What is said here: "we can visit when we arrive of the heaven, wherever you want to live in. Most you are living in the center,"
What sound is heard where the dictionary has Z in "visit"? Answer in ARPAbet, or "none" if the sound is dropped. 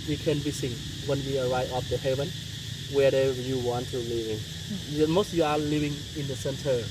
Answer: S